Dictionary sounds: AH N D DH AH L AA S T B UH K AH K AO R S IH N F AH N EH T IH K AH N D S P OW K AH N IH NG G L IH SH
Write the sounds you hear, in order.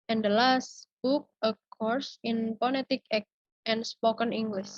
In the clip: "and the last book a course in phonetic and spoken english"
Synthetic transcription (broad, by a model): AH N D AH L AA S T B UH K AH K AO R S IH N P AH L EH T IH K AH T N S P OW K AH N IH NG G L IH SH